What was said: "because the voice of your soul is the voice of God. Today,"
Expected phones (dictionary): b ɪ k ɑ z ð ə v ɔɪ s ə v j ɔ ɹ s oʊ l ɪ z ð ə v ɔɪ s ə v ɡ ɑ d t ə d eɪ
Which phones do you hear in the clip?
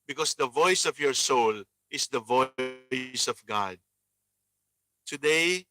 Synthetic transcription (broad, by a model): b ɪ k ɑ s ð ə v ɔɪ s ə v j ɔ ɹ s oʊ l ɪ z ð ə v ɔɪ s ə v ɡ ɑ d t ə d eɪ